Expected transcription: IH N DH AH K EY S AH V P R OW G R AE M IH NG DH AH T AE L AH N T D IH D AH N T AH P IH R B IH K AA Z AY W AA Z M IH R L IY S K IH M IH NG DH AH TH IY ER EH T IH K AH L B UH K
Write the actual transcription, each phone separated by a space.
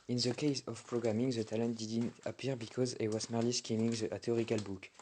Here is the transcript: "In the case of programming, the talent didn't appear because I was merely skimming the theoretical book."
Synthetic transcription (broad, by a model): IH N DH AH K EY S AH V P R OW G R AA M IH NG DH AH T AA L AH N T D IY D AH N T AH P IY R B IH K AA Z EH W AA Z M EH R L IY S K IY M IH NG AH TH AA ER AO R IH K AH L B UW K